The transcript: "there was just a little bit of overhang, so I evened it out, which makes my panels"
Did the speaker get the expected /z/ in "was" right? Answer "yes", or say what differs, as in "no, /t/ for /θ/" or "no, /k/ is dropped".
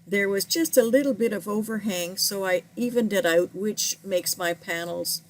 yes